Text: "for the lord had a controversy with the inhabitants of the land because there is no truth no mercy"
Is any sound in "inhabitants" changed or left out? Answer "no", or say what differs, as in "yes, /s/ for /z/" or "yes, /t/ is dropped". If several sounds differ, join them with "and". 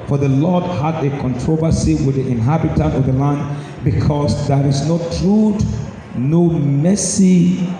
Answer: yes, /s/ is dropped